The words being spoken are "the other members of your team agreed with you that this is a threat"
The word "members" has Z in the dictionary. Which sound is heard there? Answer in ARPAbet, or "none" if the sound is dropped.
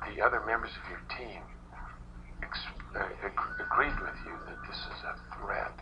Z